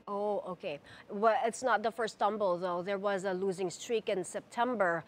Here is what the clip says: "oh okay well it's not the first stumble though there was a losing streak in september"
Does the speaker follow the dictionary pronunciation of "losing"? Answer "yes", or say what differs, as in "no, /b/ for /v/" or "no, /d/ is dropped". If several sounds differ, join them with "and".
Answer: yes